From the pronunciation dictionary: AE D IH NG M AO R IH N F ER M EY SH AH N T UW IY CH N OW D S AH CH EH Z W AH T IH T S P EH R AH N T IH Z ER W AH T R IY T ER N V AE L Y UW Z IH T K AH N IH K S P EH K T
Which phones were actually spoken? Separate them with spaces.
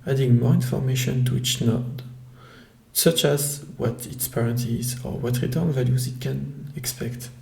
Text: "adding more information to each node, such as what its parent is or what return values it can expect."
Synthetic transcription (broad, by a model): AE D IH NG M AO R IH N F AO M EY SH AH N T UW IY CH N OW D S AH CH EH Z W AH T IH T S P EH R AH N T IH Z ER W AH T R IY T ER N V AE L Y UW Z IH T K AH N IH K S P EH K T